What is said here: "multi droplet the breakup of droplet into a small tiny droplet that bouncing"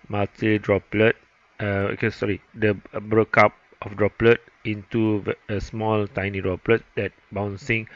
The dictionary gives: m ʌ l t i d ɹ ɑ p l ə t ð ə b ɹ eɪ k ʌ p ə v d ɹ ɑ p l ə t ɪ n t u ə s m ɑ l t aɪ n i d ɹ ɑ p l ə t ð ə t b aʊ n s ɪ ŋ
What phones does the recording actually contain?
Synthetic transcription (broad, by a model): m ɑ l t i d ɹ ɑ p l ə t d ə b ɹ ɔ k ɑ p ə f d ɹ ɑ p l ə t ɪ n t u ə s m ɑ l t aɪ n i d ɹ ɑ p l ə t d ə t b aʊ n s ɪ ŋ